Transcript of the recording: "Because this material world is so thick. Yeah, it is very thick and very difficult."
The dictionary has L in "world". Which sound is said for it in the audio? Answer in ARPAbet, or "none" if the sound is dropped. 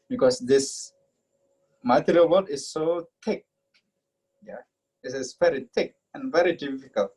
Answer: none